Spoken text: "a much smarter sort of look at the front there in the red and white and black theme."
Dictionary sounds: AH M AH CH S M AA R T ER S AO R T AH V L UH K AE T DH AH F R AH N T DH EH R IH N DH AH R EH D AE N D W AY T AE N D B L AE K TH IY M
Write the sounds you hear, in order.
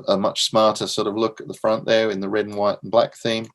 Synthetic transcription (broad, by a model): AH M AH CH S M AA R T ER S AO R T AH V L UH K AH T DH AH F R AH N T DH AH R IH N DH AH R EH D N W AY T N B L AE K TH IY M